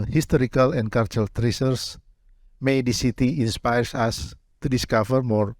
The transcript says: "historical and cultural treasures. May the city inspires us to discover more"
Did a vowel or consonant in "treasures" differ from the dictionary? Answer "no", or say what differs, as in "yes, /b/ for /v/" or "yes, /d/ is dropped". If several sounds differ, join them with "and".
yes, /s/ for /ʒ/ and /s/ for /z/